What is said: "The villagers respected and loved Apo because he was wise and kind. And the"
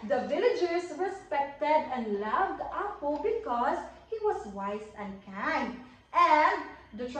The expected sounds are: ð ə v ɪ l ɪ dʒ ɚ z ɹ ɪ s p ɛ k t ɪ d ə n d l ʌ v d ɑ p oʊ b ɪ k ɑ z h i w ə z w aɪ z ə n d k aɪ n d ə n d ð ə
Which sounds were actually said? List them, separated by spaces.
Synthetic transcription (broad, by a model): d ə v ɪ l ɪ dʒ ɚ s ɹ ɪ s p ɛ k t ɪ d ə n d l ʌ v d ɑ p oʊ b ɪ k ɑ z h i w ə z w aɪ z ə n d k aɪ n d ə n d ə